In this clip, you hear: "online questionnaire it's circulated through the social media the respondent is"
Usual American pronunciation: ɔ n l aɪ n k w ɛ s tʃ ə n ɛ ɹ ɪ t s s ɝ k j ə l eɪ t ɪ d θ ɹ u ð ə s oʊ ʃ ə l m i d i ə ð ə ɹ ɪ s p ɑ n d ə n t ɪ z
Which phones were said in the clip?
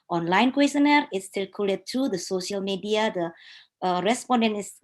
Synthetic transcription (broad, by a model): ɔ n l aɪ n k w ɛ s ə n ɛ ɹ ɪ t s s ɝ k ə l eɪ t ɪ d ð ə s oʊ ʃ ə l m i d i ə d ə ɹ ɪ s p ɑ n d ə n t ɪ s